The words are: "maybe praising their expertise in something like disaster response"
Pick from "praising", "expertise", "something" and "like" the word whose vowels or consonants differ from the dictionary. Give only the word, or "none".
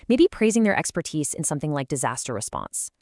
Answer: none